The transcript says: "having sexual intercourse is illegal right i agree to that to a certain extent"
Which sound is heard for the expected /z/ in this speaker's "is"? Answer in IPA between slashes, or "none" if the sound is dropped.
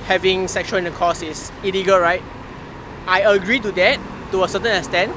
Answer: /s/